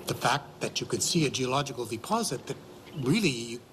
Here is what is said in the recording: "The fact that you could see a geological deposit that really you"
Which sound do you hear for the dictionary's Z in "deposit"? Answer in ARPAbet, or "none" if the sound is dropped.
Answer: Z